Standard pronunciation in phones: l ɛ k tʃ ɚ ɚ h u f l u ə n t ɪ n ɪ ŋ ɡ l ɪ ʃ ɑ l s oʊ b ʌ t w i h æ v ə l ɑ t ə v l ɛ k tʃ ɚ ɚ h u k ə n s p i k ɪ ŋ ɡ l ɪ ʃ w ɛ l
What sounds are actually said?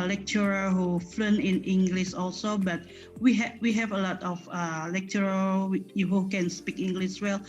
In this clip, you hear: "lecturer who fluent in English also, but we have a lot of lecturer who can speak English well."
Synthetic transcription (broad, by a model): l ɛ k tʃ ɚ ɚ h u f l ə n ɪ n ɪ ŋ ɡ l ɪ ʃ ɑ l s oʊ b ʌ t w i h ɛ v ə l ɑ t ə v l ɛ k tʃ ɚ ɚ h u k ə n s p i k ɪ ŋ ɡ l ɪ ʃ w ɛ l